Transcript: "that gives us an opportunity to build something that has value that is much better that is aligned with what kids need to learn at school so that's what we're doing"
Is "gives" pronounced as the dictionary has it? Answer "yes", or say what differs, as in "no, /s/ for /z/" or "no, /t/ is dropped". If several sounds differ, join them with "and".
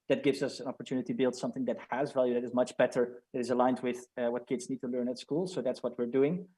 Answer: yes